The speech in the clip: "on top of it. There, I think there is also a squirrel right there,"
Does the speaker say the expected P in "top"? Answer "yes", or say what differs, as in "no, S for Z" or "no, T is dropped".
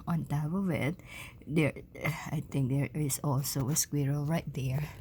no, B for P